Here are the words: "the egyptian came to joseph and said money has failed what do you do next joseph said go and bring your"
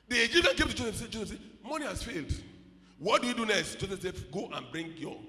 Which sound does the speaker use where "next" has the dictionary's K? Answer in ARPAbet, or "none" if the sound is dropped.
none